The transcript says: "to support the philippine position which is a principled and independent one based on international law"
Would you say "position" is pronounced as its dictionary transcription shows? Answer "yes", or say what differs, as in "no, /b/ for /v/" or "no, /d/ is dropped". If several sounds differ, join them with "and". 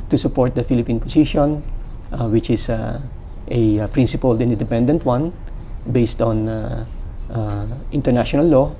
no, /s/ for /z/